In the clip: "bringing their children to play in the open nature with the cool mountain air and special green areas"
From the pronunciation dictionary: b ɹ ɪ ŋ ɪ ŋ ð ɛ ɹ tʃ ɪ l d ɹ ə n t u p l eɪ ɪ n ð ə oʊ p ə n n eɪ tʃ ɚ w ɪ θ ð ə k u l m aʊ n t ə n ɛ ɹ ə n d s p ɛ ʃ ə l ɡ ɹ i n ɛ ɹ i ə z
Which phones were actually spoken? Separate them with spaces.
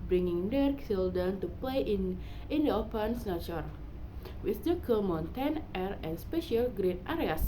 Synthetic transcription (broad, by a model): b ɹ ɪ ŋ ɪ ŋ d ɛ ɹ s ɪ l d ə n t u p l eɪ ɪ n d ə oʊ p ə n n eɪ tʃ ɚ w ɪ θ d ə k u m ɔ n t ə n ɛ ɹ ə n s p ɛ ʃ ə l ɡ ɹ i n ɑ ɹ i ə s